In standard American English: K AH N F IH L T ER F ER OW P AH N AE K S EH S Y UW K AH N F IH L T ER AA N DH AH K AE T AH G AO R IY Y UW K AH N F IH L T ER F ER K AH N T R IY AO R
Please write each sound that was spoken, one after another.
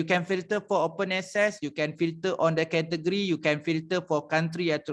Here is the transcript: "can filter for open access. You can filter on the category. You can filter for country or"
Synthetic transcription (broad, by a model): K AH N F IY L T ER F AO OW P AH N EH S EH S Y UW K AH N F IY L T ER AA N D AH K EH T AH G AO R IY Y UW K AH N F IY L T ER F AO K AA N T R IY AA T